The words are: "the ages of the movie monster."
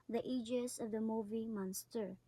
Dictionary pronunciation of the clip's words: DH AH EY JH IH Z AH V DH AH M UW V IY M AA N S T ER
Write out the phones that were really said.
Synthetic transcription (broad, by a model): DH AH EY JH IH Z AH V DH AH M UW V IY M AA N S T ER